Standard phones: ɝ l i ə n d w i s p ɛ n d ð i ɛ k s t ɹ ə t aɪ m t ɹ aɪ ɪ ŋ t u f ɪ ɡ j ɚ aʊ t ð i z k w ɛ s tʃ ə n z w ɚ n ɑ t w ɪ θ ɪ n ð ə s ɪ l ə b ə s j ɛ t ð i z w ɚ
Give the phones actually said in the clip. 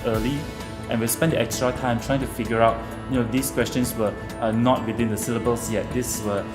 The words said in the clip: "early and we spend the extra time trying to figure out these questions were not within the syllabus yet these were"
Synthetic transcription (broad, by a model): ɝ l i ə n w i s p ɛ n d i ɛ k s t ɹ ə t aɪ m t ɹ aɪ ɪ ŋ t u f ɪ ɡ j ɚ aʊ t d i s k w ɛ s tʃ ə n s w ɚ n ɑ t w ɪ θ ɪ n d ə s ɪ l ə b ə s j ɛ t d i s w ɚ